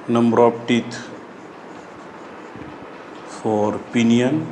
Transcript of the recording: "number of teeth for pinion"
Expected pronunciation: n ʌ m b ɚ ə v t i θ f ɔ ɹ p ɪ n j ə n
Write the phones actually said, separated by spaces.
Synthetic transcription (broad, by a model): n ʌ m b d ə p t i t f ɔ ɹ p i n j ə n